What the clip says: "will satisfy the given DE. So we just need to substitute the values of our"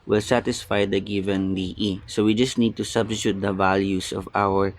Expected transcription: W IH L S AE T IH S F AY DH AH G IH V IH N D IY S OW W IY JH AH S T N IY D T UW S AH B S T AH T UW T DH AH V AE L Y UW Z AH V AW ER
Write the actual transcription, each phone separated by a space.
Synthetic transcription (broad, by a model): W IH L S AE T IH S F AY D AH G IH V IH N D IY S OW W IY JH AH S T N IY D T UW S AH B S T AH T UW T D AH V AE L Y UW S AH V AW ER